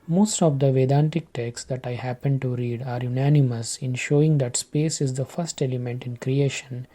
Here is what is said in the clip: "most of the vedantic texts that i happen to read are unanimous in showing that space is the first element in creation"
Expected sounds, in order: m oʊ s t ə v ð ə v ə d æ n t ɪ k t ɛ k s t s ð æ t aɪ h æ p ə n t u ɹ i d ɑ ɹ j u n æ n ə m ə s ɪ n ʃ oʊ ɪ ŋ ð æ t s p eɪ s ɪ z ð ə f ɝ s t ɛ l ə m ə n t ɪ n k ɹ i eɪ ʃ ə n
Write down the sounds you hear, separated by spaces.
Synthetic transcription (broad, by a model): m oʊ s t ə v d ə v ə d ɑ n t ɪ k t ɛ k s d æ t aɪ h æ p ə n t u ɹ i d ɑ ɹ j u n æ n ə m ə s ɪ n ʃ oʊ ɪ ŋ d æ t s p eɪ s ɪ z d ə f ɝ s t ɛ l ə m ə n t ɪ n k ɹ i eɪ ʃ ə n